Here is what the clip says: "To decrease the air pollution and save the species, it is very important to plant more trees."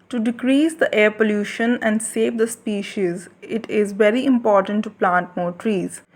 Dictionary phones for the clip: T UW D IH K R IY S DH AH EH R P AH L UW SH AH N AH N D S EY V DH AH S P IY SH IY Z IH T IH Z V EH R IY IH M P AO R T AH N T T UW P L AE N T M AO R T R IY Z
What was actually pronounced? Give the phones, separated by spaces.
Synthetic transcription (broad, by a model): T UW D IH K R IY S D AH EH R P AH L UW SH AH N AH N D S EY V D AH S P IY SH IY Z IH T IH Z V EH R IY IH M P AO R T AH N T T UW P L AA N T M AO R T R IY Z